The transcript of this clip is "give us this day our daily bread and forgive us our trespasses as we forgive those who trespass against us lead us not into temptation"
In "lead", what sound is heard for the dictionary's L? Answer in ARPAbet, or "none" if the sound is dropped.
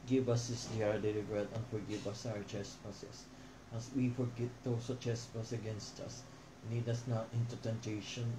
N